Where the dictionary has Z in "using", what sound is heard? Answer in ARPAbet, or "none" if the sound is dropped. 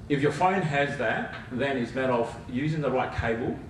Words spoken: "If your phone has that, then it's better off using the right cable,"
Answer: Z